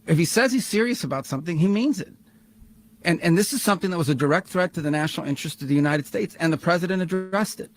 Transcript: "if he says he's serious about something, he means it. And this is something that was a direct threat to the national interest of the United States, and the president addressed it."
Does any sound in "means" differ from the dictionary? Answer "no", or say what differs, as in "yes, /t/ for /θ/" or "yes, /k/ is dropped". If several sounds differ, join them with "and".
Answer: no